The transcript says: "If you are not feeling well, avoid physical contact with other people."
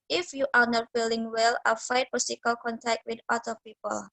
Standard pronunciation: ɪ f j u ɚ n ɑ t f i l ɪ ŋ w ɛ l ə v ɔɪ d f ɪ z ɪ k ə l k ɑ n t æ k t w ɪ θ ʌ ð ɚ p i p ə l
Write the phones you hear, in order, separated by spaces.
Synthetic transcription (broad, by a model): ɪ f j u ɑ n ɑ t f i l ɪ ŋ w ɛ l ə f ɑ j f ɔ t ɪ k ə l k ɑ n t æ k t w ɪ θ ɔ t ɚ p i p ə l